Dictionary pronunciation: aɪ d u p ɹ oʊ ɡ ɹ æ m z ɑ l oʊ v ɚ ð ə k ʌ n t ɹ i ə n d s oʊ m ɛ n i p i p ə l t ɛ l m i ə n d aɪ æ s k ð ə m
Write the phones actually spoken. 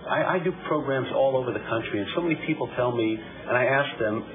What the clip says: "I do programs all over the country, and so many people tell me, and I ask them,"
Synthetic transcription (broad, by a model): aɪ d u p ɹ oʊ ɡ ɹ æ m z ɑ l oʊ v ɚ ð ə k ʌ n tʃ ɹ i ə n s oʊ m ɛ n i p i p l t ɛ l m i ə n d aɪ æ s k ð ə m